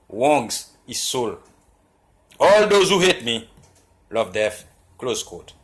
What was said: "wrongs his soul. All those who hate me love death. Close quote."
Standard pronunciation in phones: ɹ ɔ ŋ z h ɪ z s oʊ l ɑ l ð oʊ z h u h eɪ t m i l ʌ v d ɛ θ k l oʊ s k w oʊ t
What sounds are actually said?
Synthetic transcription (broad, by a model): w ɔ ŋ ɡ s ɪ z s oʊ l ɑ l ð oʊ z h u h eɪ t m i l ʌ v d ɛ f k l oʊ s k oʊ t